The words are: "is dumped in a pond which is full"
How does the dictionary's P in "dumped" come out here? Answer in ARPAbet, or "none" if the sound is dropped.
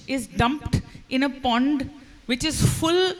P